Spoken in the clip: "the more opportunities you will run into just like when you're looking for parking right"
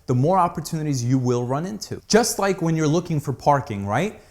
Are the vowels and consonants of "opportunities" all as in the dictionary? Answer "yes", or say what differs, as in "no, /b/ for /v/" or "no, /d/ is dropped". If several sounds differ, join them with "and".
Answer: yes